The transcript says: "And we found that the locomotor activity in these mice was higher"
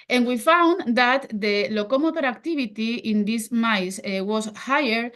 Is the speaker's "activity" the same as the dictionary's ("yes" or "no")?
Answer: no